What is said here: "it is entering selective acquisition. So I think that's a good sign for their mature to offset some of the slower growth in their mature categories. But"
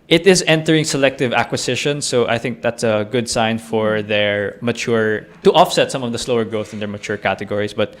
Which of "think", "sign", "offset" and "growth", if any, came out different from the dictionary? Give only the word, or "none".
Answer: none